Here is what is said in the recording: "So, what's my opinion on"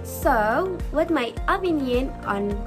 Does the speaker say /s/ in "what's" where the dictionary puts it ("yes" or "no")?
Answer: no